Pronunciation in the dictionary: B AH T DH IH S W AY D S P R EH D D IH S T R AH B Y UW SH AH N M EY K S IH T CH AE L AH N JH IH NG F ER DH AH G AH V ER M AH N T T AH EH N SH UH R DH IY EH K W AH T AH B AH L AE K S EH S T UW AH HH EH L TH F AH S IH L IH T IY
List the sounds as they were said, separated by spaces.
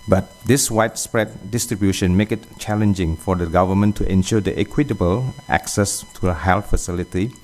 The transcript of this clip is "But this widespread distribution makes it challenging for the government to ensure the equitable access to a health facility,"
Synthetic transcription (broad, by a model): B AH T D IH S W AY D S P R EH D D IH S T R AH B Y UW SH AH N M EY K IH T CH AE L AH N JH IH NG F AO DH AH G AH V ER M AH N T T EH N SH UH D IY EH K W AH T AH B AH L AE K S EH S T UW AH HH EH L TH F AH S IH L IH T IY